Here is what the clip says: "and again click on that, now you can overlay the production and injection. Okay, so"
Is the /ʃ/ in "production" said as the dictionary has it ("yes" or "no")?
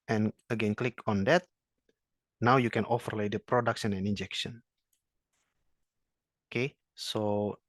no